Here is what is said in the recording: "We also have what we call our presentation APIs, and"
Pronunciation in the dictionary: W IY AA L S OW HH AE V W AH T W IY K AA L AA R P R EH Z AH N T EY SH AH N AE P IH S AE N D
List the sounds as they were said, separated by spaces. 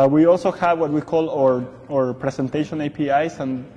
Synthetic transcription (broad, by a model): W IY AA L S OW HH AE V W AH T W IY K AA L AA R P R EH S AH N T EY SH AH N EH P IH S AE N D